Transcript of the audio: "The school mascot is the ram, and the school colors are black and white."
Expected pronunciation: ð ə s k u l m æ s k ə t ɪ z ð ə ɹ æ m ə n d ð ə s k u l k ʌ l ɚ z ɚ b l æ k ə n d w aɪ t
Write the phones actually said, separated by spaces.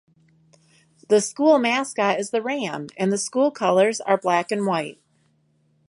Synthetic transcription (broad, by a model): ð ə s k u l m æ s k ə ɪ z ð ə ɹ æ m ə n ð ə s k u l k ʌ l ɚ z ɚ b l æ k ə n w aɪ t